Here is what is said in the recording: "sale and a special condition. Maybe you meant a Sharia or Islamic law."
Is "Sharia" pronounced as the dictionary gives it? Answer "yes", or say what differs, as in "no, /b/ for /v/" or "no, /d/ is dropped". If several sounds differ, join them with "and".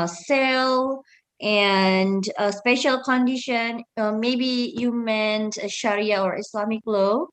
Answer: yes